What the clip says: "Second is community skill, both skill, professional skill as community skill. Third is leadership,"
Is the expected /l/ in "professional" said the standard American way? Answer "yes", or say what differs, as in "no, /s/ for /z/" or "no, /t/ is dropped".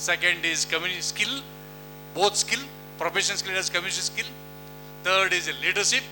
no, /n/ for /l/